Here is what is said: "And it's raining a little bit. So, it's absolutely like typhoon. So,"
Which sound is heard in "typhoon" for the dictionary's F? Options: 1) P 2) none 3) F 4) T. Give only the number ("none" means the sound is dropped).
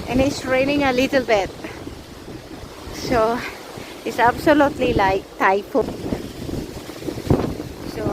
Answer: 1